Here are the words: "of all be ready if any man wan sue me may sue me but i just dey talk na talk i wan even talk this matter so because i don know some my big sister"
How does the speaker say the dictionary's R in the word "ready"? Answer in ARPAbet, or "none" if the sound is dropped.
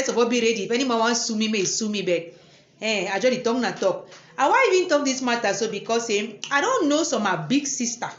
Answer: R